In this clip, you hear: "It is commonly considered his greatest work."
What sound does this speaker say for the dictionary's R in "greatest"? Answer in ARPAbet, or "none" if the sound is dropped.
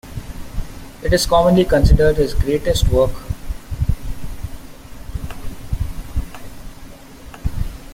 R